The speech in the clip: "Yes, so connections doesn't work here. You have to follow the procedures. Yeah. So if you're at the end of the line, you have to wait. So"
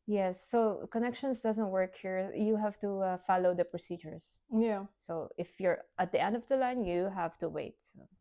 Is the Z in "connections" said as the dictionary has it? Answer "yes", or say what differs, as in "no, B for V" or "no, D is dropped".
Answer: no, S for Z